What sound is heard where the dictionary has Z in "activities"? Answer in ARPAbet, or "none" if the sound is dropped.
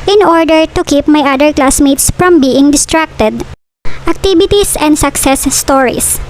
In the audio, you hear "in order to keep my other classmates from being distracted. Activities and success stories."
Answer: S